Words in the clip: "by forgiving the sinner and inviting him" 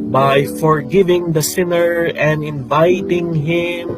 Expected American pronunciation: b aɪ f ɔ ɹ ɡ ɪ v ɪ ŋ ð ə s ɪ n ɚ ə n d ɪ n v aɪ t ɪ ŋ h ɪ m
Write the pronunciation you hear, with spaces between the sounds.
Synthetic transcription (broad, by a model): b aɪ f ɔ ɹ ɡ ɪ v ɪ ŋ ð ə s ɪ n ɚ ə n d ɪ n v aɪ t ɪ ŋ h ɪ m